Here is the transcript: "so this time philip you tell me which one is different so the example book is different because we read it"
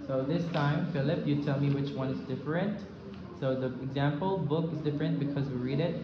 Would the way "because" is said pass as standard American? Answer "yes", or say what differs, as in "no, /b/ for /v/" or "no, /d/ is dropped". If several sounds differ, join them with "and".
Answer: yes